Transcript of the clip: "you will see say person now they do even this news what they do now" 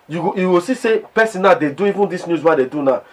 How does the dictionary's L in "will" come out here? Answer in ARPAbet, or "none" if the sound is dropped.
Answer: W